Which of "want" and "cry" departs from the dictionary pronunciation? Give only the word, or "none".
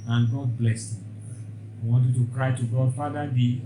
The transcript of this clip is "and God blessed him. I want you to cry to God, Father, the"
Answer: none